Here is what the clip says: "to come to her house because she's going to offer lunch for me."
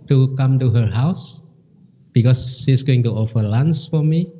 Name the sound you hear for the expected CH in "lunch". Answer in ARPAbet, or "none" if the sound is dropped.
S